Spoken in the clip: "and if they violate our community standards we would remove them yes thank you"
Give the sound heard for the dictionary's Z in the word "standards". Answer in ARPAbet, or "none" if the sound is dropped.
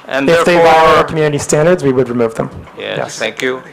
Z